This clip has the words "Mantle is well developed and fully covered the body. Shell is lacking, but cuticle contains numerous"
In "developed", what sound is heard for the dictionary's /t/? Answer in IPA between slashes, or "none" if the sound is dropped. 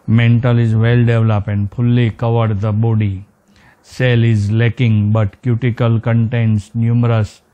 none